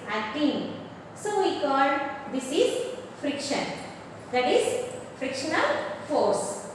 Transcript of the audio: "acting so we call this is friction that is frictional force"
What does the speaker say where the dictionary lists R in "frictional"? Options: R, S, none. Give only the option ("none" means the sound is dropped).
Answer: R